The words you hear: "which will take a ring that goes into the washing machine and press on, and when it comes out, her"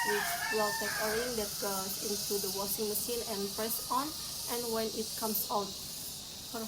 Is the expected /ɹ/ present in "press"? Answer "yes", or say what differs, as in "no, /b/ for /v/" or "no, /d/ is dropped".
yes